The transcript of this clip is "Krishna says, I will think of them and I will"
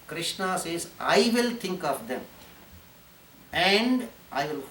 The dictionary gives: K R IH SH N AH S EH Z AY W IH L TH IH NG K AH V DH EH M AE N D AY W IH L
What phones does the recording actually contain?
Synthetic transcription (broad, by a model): K R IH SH N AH S EH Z AY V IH L T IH NG K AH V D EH M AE N D AY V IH L